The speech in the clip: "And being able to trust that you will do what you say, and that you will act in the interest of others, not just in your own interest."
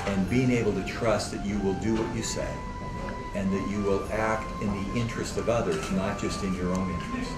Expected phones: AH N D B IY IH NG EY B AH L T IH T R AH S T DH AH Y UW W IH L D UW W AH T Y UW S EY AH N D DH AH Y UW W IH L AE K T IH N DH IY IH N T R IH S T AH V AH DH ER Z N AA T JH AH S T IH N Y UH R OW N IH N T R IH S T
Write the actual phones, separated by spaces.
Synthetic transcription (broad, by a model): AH N B IY IH NG EY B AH L T IH T R AH S T DH AH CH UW W IH L D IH W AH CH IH S EY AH N DH AH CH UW W IH L AE K T IH N DH IY IH N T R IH S T AH V AH DH ER Z N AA T JH AH S T IH N Y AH R OW N IH N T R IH S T